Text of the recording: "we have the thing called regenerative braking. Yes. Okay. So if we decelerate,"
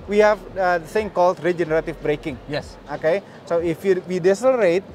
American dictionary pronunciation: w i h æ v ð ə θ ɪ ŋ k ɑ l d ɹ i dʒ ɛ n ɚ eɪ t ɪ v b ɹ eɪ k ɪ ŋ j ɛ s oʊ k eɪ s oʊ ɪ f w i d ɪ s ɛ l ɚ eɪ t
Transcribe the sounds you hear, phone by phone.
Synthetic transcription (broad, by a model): w i h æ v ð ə s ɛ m k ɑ l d ɹ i dʒ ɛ n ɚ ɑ t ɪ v b ɹ eɪ k ɪ ŋ j ɛ s oʊ k eɪ s oʊ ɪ f w i d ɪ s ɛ l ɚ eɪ t